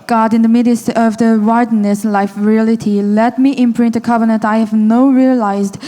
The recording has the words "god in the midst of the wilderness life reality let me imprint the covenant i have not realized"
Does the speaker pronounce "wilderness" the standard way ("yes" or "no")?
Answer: no